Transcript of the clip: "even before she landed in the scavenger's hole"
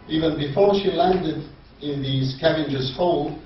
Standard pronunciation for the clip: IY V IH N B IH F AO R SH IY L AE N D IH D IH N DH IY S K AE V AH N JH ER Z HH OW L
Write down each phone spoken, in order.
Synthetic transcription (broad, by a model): IY V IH N B IH F AO R SH IY L AE N D IH D IH N DH IY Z K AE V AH N JH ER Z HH OW L